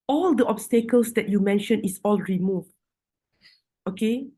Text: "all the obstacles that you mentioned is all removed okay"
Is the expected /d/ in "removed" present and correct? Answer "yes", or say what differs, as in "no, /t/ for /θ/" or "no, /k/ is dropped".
no, /d/ is dropped